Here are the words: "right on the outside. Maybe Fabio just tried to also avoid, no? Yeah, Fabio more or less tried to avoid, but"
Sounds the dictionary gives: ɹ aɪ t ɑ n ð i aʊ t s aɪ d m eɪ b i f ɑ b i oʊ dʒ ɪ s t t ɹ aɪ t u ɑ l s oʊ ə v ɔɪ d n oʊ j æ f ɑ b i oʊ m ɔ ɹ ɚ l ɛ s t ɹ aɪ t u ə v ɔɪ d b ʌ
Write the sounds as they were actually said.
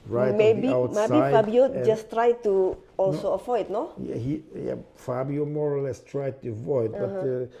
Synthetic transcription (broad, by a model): ɹ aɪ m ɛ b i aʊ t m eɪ i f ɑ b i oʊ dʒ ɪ s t t ɹ aɪ t u ɑ l s oʊ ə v ɔɪ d n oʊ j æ f ɑ b i oʊ m ɔ ɹ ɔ l ɛ s t ɹ aɪ t u ə v ɔɪ d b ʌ